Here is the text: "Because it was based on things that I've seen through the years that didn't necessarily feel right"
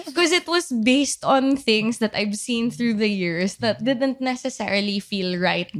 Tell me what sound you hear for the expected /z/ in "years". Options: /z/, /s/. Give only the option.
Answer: /s/